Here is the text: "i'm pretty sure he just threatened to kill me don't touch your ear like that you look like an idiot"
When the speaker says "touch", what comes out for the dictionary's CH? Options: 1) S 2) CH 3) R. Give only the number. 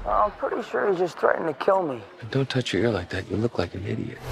2